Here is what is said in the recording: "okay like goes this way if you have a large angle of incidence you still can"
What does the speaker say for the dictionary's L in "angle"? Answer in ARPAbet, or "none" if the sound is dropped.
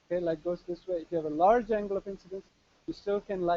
L